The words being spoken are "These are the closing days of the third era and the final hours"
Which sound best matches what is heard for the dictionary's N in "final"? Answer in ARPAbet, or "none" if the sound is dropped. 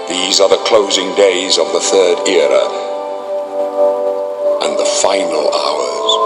N